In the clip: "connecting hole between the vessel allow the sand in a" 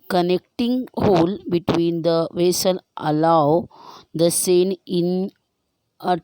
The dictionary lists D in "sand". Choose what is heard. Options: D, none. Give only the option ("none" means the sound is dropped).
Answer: none